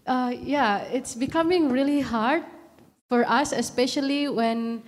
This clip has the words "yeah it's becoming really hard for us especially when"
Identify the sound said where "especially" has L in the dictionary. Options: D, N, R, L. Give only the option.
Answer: L